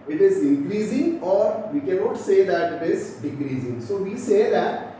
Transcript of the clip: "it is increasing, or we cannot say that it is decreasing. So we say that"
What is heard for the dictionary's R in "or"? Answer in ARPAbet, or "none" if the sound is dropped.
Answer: R